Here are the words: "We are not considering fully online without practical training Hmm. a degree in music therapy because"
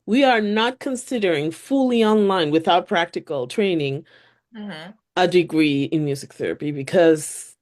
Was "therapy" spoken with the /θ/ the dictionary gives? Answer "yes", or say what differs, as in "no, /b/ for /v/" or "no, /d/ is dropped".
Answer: yes